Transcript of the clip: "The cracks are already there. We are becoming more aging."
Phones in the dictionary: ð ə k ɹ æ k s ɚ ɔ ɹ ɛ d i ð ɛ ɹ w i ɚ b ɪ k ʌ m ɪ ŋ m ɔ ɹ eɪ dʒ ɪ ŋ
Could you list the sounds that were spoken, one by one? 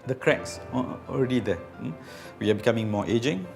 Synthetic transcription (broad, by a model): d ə k ɹ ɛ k s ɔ ɔ ɹ ɛ d i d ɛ w i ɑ b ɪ k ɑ m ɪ ŋ m ɔ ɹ eɪ dʒ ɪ ŋ